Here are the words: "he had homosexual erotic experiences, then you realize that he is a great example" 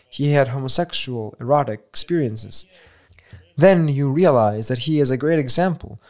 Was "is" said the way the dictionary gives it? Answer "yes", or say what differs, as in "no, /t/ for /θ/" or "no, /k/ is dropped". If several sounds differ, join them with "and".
yes